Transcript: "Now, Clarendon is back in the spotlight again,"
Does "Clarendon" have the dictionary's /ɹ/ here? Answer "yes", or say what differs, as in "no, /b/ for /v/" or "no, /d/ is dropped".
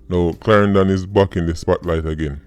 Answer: yes